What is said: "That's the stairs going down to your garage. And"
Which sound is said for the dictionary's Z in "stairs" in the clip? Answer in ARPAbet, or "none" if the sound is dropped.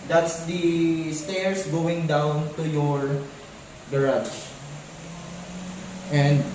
S